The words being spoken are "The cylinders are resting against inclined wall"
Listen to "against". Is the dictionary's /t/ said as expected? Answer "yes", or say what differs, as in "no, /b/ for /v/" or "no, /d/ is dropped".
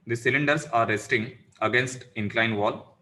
yes